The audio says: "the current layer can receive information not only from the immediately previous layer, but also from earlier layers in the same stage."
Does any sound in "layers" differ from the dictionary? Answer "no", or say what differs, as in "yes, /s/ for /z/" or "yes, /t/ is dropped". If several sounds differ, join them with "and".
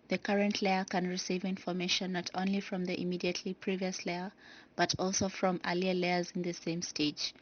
no